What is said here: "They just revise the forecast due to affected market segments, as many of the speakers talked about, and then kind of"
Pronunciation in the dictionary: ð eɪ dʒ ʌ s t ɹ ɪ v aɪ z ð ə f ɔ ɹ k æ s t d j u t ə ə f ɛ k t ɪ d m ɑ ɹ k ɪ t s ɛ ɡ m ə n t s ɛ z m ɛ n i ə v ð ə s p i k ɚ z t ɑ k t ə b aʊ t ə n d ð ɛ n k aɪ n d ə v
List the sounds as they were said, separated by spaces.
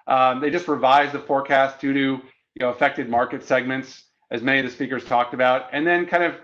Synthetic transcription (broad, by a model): ð eɪ dʒ ʌ s t ɹ ɪ v aɪ z ð ə f ɔ ɹ k æ s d d j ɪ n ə ə f ɛ k t ɪ d m ɑ ɹ k ɪ t s ɛ ɡ m ə n t s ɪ z m ɛ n i ə v ð ə s p i k ɚ z t ɑ k t ə b aʊ t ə n ð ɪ n k aɪ n d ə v